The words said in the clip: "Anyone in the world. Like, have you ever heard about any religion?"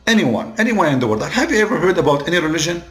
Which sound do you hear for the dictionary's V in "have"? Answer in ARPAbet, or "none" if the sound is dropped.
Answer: V